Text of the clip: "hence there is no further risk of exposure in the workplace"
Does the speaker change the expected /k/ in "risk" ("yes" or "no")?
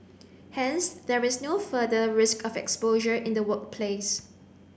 no